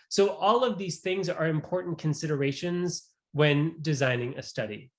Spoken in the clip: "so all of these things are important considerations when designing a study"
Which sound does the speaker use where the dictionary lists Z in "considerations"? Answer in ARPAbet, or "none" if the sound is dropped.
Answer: Z